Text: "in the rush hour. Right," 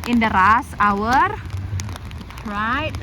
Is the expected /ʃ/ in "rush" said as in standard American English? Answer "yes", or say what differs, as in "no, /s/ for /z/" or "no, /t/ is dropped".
no, /s/ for /ʃ/